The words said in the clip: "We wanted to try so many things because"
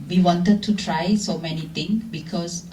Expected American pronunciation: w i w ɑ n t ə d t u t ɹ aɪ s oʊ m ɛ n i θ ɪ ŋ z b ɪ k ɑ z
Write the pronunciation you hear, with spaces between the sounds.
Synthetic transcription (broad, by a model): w i w ɑ n t ə d t u t ɹ aɪ s oʊ m ɛ n i t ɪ ŋ b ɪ k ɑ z